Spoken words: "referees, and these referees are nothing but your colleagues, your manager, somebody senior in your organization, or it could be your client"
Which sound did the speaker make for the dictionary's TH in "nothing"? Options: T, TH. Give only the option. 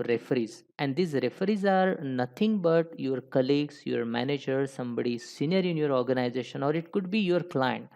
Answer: T